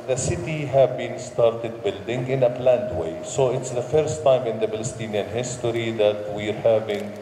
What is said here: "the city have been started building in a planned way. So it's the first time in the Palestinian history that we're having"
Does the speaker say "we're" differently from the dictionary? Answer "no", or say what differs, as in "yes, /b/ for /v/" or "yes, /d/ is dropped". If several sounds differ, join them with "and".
no